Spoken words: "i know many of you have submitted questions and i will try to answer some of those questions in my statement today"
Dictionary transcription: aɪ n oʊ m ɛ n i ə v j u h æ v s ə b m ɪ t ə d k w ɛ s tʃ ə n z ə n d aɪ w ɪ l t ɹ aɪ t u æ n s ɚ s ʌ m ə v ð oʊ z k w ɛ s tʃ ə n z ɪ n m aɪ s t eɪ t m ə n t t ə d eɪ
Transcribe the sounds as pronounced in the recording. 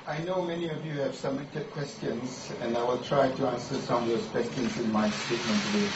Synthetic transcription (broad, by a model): aɪ n oʊ m ɛ n i ə v j u h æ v s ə m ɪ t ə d k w ɛ s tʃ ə n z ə n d aɪ w ɪ l t ɹ aɪ t u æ n s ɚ s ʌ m ə v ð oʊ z k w ɛ s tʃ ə n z ɪ n m aɪ s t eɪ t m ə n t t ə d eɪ